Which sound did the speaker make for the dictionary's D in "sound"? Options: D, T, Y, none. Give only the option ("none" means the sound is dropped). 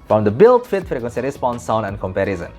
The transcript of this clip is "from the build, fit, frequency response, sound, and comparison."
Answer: none